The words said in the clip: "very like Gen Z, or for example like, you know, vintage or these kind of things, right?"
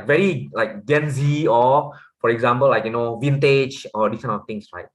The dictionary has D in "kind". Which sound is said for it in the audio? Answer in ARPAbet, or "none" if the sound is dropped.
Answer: none